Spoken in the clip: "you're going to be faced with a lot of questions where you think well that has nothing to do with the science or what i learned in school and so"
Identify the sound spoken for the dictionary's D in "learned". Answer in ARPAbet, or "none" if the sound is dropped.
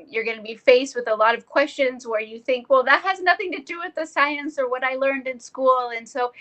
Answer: D